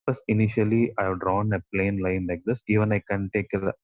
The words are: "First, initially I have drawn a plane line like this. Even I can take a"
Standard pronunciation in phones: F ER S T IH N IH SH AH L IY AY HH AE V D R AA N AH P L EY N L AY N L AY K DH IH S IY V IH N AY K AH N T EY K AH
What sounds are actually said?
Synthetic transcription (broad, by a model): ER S IH N IH SH AH L IY AY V D R AA N AH P L EY N L AY N L AY K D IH S IY V IH N AY K AH N T EY K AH